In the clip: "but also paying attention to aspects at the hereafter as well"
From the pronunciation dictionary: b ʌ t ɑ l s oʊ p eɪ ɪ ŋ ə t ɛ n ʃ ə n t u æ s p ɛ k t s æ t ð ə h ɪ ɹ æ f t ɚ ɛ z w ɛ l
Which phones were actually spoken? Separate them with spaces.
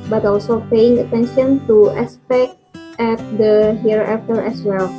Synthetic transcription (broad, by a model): b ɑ t ɑ l s oʊ p eɪ ɪ ŋ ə t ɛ n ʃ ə n t u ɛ s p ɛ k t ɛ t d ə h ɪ ɹ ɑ f t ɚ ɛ s w ɛ l